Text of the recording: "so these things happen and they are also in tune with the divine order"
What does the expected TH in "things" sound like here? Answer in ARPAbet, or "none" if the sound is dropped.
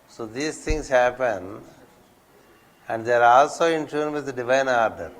T